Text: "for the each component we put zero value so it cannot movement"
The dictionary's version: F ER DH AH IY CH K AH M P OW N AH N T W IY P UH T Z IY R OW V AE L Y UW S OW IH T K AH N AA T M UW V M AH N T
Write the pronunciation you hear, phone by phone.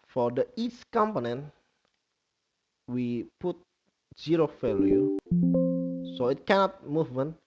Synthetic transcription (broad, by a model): F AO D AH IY S K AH M P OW N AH N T W IY P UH T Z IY R OW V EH L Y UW S OW IH T K AH N AA T M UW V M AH N